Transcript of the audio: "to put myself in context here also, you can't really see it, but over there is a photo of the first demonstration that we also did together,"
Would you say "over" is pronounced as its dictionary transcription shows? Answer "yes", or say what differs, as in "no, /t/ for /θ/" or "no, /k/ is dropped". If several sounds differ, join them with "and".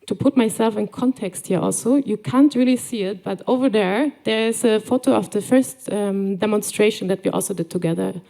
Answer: yes